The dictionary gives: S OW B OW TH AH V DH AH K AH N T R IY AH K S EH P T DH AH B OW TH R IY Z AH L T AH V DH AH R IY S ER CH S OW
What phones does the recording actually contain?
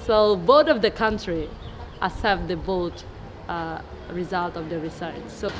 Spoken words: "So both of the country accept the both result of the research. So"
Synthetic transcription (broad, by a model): S OW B OW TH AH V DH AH K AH N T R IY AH S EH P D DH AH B OW T R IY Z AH L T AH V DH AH R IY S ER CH S OW